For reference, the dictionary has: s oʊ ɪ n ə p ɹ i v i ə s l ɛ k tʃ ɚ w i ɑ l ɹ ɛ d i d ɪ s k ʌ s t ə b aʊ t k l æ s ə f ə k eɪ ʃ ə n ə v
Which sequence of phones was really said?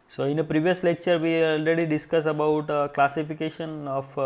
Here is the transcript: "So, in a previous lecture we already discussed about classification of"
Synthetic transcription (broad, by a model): s oʊ ɪ n ə p ɹ i v i ə s l ɛ k tʃ ɚ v i ɑ l ɹ ɛ d i d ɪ s k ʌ s ə b aʊ t k l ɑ s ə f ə k eɪ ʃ ə n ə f